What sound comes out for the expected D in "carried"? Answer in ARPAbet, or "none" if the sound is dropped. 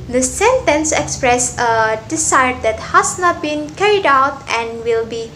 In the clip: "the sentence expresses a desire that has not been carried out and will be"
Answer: D